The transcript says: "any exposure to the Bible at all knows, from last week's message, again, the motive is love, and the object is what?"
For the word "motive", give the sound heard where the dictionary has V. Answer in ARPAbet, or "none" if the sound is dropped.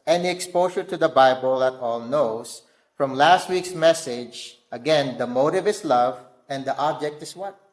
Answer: V